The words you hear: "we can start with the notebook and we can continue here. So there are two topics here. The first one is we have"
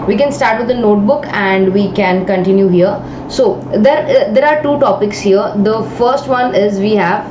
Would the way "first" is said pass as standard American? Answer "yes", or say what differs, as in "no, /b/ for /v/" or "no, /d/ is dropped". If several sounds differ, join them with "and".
yes